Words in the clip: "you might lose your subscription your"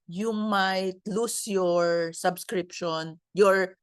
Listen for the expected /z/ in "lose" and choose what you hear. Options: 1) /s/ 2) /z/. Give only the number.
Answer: 1